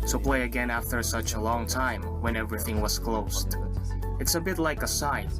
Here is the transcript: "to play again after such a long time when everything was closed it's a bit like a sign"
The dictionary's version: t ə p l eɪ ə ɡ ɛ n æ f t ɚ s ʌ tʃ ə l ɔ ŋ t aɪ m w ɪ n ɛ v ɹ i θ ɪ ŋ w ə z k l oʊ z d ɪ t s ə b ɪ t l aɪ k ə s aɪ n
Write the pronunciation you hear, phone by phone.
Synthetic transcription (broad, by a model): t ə p l eɪ ə ɡ ɛ n æ f t ɚ s ʌ tʃ ə l ɔ ŋ t aɪ m w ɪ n ɛ v ɹ i θ ɪ ŋ w ə z k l oʊ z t ɪ t s ə b ɪ t l aɪ k ə s aɪ n